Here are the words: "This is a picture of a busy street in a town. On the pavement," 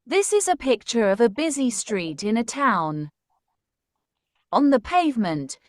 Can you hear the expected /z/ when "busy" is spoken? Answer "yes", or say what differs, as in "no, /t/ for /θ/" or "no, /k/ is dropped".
yes